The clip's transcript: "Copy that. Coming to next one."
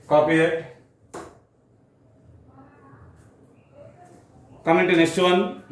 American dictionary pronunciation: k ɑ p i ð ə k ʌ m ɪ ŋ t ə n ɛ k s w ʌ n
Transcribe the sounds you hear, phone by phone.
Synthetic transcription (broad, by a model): k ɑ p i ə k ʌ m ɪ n t ə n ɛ s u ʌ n